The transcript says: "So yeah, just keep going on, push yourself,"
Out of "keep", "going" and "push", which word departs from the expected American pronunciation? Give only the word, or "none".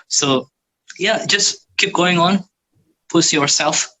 push